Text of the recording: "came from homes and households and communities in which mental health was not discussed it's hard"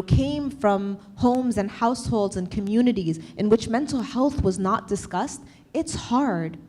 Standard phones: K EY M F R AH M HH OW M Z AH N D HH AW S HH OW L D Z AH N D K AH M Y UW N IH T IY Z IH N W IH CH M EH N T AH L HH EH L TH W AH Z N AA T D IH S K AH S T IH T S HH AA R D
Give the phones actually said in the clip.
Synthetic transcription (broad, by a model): K EY M F R AH M HH OW M Z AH N HH AW S HH OW L D Z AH N K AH M Y UW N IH T IY Z IH N W IH CH M EH N T L HH EH L TH W AH Z N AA T D IH S K AH S T IH T S HH AA R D